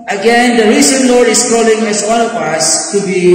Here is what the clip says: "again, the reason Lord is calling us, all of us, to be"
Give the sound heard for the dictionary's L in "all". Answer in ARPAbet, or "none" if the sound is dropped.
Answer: N